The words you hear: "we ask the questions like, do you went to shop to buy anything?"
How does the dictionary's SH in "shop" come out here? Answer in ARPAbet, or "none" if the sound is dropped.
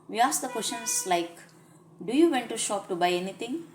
SH